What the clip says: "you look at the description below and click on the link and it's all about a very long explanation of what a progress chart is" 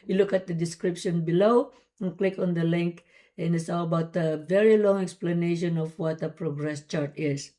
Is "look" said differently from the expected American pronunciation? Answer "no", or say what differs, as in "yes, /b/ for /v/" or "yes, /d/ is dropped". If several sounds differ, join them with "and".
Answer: no